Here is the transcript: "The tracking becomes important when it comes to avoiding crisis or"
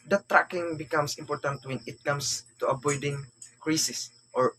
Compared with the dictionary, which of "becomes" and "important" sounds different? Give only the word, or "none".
becomes